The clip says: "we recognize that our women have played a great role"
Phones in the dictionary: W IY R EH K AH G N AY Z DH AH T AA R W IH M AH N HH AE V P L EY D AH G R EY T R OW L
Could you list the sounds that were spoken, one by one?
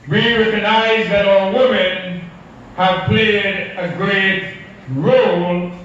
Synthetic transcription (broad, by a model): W IY R EH K AH G N AY Z DH AH T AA L W IH M AH N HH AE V P L EY D AH G R EY T R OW L